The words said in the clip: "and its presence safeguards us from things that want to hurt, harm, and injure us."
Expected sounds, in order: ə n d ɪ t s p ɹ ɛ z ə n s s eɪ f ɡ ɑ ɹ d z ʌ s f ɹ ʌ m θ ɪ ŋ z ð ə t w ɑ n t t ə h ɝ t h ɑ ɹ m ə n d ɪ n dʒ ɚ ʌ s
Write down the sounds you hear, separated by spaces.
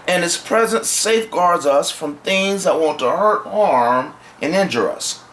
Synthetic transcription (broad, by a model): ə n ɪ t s p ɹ ɛ z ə n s s eɪ f ɡ ɑ ɹ d z ʌ s f ɹ ʌ m θ ɪ ŋ z ð ə t w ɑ n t t ə h ɝ t h ɑ ɹ m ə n ɪ n dʒ ɚ ʌ s